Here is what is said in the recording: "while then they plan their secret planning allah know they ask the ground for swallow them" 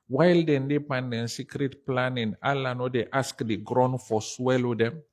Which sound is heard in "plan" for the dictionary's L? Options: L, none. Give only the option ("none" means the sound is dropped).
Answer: none